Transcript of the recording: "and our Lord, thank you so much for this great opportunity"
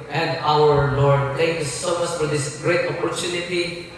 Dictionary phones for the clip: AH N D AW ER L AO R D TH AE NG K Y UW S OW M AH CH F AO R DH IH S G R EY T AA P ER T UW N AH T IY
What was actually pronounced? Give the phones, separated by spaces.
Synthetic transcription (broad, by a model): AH N D AW ER L AO R D T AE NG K Y UW S OW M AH S F AO R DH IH S G R EY T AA P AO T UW N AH T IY